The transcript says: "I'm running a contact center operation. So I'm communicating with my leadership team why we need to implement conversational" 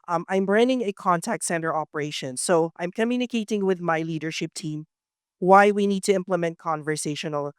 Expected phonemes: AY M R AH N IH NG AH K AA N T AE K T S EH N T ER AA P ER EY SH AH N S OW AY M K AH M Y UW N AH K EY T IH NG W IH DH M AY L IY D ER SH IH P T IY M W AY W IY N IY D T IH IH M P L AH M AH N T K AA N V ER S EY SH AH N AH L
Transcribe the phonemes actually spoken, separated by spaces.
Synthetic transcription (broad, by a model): AY M R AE N IH NG AH K AA N T AE K T S EH N T ER AA P ER EY SH AH N S OW AY M K AH M Y UW N AH K EY T IH NG W IH DH M AY L IY D ER SH IH P T IY M W AY W IY N IY D T IH IH M P L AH M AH N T K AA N V ER S EY SH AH N L